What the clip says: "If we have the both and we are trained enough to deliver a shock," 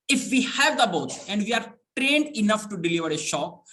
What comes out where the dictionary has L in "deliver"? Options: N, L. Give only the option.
L